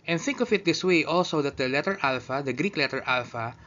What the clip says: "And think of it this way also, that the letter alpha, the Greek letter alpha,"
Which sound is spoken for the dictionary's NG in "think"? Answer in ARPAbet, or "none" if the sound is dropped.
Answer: NG